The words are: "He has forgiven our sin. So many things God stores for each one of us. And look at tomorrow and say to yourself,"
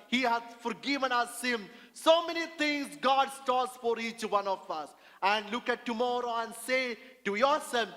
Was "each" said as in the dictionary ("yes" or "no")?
yes